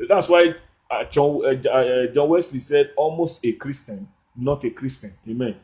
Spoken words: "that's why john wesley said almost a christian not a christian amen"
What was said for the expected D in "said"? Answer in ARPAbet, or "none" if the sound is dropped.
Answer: D